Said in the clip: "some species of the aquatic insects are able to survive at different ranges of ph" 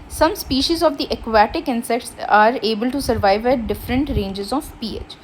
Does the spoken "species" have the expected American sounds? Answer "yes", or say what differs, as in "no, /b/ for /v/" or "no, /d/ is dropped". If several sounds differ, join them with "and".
yes